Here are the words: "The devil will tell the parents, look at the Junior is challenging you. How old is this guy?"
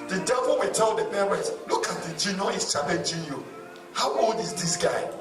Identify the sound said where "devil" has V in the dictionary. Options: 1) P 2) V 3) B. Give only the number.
2